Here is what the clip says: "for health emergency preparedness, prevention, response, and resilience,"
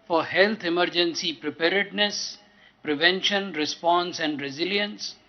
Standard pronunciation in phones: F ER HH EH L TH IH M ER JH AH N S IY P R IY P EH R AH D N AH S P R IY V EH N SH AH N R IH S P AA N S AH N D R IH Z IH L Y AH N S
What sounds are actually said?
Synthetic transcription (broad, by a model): F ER HH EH L T IH M ER JH AH N S IY P R IY P EH R AH D N AH S P R IY V EH N SH AH N R IH S P AA N S AH N D R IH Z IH L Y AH N S